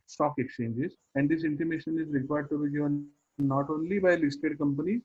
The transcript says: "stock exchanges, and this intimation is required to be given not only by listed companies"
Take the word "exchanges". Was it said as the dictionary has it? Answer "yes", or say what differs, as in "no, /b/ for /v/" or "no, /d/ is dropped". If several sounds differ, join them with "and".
yes